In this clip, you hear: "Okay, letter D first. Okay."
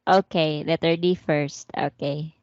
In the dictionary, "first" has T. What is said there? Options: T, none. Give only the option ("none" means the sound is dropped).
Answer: T